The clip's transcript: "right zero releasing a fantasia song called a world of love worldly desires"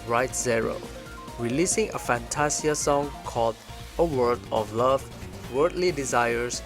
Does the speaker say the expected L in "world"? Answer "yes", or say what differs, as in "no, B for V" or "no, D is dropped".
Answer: no, L is dropped